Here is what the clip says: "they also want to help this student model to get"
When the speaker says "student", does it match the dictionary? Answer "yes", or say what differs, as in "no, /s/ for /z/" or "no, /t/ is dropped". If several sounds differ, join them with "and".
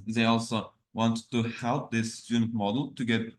no, /n/ is dropped